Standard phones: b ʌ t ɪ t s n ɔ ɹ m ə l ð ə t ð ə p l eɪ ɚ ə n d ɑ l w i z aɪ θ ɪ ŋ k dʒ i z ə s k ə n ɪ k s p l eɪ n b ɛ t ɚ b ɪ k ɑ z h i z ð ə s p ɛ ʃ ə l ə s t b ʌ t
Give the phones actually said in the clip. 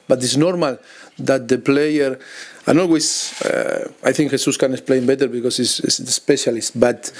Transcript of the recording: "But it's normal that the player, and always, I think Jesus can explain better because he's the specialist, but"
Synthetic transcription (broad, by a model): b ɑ t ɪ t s n ɔ ɹ m ə l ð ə t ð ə p l eɪ ɚ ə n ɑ l w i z aɪ θ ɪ ŋ k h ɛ s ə s k ə n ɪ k s p l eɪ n b ɛ t ɚ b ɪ k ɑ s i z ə s p ɛ ʃ ə l ə s t b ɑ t